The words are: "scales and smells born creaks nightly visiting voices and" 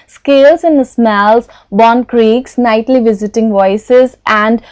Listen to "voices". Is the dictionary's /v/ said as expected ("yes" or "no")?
yes